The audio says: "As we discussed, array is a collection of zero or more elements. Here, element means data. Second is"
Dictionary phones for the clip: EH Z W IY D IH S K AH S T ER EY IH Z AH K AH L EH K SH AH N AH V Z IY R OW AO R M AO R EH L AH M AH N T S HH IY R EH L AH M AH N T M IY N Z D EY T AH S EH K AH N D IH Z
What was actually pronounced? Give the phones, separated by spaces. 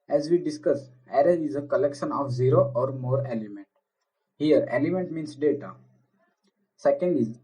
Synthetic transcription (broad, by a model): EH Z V IY D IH S K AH S ER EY IH Z AH K AH L EH K SH AH N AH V Z IY R OW AO R M AO R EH L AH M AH N T HH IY R EH L AH M AH N T M IY N S D EY T AH S EH K AH N D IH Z